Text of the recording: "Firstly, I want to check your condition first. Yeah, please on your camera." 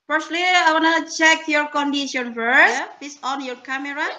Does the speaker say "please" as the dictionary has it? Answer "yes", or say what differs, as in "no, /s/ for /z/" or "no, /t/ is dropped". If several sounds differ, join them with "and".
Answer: no, /l/ is dropped and /s/ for /z/